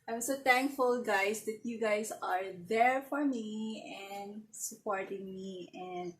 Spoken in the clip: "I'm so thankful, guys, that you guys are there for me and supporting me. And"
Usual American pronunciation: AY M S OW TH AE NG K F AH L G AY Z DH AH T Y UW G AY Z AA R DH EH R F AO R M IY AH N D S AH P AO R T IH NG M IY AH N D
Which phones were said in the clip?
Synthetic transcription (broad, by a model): AY M S OW T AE NG K F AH L G AY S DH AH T Y UW G AY S AA R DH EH R F AO R M IY AH N D S AH P AO R T IH NG M IY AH N D